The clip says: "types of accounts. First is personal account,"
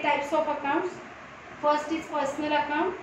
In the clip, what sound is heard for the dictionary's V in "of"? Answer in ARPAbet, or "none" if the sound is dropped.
P